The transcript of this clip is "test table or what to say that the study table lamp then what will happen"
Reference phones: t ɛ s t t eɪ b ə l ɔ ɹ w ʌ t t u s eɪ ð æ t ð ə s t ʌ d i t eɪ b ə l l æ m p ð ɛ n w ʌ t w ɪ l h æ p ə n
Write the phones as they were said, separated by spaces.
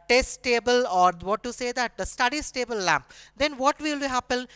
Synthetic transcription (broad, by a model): t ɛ s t t eɪ b ə l ɔ ɹ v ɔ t t u s eɪ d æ t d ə s t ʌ d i t eɪ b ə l l æ m p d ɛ n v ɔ t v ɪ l h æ p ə n